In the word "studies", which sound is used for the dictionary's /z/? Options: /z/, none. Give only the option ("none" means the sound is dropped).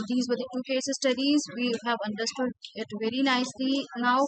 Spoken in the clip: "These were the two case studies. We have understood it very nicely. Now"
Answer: /z/